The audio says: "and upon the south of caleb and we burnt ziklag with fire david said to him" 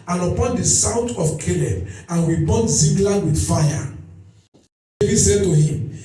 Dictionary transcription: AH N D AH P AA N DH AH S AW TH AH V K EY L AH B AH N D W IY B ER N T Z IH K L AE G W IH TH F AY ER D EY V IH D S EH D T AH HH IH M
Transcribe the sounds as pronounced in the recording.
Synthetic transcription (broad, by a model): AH N AH P AA N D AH S AW T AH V K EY L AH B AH N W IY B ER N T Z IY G L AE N W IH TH F AY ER D EY V IH D S EH D T AH HH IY M